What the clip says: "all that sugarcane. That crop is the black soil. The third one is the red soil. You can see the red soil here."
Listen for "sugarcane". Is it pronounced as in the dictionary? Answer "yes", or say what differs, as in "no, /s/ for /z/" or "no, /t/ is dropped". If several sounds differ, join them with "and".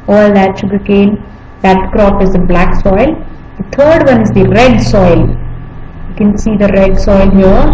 yes